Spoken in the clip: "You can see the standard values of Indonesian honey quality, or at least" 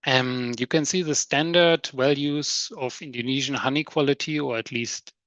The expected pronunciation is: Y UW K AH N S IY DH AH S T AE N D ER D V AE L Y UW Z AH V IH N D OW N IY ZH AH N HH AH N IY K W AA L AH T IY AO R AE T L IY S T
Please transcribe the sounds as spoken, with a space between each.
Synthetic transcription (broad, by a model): Y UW K AH N S IY DH AH S T AE N D ER D W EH L Y UW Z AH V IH N D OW N IY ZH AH N HH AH N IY K W AA L AH T IY AO R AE T L IY S T